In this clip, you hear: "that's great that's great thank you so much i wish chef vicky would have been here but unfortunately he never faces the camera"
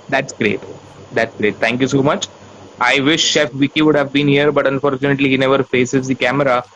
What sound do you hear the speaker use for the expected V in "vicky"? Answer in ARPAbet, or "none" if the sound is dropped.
V